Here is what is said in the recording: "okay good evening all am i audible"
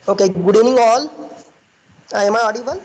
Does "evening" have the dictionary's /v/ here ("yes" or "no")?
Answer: no